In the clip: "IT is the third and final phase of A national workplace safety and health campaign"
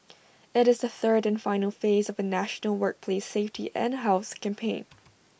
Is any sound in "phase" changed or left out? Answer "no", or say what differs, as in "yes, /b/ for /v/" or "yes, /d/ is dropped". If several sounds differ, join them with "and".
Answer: no